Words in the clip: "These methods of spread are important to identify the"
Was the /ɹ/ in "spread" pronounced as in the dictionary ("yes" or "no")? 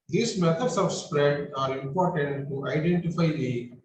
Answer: yes